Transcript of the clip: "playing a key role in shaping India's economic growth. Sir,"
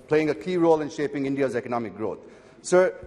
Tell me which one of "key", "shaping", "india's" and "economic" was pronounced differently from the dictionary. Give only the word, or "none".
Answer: none